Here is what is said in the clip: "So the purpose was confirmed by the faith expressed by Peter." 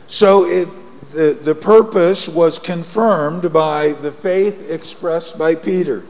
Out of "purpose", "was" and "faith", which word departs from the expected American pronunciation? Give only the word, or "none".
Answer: none